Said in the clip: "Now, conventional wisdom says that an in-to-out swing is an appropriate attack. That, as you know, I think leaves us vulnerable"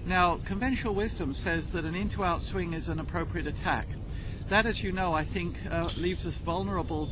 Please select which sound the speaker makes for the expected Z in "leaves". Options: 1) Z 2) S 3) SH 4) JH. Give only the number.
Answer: 1